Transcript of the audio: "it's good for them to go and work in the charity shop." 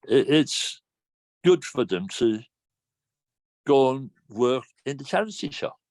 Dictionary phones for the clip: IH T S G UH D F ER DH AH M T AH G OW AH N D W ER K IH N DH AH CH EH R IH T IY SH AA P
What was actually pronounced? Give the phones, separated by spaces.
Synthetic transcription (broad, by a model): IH T S G UH D F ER DH AH M T AH G OW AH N W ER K IH N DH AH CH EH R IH S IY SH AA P